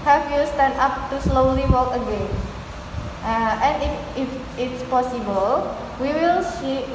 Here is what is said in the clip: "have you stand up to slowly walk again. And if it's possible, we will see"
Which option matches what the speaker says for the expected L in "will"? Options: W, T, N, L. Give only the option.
L